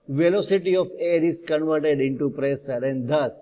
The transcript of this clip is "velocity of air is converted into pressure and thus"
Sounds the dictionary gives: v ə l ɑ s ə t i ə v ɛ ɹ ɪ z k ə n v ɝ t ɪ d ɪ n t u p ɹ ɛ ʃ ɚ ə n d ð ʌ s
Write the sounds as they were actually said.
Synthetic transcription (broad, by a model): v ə l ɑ s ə t i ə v ɛ ɹ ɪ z k ə n v ɝ t ɪ d ɪ n t u p ɹ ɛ s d ə n d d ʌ s